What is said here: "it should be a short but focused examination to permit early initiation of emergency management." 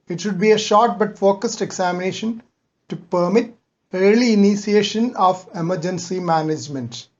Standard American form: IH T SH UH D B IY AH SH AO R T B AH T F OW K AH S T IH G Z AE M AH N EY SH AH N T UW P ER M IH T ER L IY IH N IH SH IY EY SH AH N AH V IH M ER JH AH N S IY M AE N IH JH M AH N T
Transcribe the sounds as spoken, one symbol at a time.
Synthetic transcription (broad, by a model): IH T SH UH D B IY AH SH AO R T B AH T F OW K AH S T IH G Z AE M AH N EY SH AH N T UW P ER M IH T ER L IY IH N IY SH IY EY SH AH N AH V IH M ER JH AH N S IY M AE N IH JH M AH N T